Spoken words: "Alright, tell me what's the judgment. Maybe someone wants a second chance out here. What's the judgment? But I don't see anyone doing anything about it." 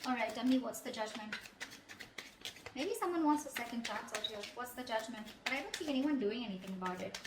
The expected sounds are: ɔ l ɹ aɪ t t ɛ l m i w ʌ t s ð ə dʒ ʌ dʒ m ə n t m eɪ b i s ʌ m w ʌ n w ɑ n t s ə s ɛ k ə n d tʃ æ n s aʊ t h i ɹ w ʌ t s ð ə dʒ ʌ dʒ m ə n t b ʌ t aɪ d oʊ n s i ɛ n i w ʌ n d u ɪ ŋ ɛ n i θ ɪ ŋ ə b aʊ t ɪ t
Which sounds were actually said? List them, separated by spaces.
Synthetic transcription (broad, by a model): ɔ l ɹ aɪ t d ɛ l m i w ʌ t s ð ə dʒ ʌ dʒ m ə n t m eɪ b i s ʌ m w ʌ n w ɑ n t s ə s ɛ k ə n d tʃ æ n s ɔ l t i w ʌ t s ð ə dʒ ʌ dʒ m ə n t b ʌ t aɪ d oʊ n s i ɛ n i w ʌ n d u ɪ ŋ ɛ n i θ ɪ ŋ ə b aʊ t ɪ t